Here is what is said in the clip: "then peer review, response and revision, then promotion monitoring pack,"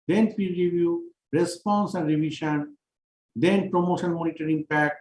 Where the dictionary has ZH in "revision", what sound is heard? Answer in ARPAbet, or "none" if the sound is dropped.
SH